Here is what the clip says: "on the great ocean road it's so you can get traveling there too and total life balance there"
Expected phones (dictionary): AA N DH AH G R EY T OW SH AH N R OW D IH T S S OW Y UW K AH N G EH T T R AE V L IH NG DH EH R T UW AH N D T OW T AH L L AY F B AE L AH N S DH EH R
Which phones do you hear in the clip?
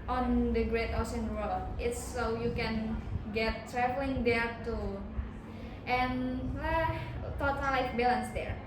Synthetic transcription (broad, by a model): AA N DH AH G R EY T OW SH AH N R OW IH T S S OW Y UW K AH N G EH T T R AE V L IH NG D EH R T UW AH N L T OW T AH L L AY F B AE L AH N S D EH R